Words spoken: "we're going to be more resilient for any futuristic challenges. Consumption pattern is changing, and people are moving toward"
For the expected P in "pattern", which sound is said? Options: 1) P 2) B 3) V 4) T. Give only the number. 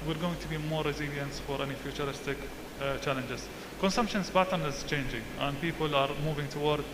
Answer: 2